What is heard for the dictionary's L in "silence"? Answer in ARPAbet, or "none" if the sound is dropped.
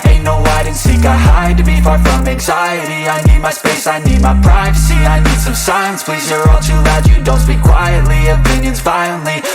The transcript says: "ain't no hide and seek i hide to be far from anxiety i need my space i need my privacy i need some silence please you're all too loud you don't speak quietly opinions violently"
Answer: none